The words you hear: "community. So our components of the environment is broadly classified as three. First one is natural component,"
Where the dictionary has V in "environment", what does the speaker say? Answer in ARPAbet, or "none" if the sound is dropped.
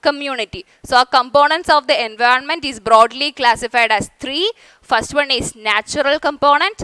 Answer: V